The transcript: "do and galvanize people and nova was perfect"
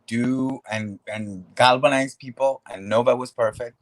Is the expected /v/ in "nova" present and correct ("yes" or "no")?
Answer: no